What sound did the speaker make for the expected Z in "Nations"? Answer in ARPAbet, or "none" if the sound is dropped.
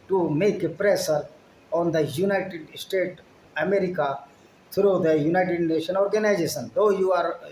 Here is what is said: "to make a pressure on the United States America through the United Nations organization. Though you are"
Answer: none